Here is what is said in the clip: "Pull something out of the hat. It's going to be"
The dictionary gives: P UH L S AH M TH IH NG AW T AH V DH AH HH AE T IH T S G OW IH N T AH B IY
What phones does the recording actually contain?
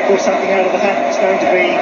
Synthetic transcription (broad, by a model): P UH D S AH M TH IH NG AW T AH V DH AH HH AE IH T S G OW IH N T AH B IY